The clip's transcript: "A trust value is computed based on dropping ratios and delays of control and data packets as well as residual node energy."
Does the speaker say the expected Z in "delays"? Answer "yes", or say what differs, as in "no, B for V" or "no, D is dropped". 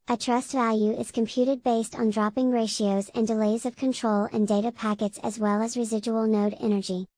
yes